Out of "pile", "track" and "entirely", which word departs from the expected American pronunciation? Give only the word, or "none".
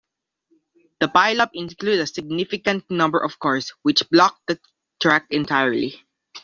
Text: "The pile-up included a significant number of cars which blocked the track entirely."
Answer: none